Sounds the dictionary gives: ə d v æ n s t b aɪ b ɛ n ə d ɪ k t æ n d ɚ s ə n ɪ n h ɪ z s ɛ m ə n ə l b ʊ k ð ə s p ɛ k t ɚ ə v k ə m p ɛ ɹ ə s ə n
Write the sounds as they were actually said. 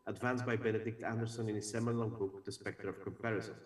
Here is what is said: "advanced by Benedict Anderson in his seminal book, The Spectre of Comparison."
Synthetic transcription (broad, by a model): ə d v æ n s b aɪ b ɛ n ə d ɪ k t æ n d ɚ s ə n ɪ n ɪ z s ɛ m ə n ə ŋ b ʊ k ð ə s p ɛ k t ɚ ə v k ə m p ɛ ɹ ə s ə n